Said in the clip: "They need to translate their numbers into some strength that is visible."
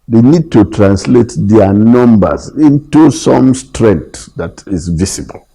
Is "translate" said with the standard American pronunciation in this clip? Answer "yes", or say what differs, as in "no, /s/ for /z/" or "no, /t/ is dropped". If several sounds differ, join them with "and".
yes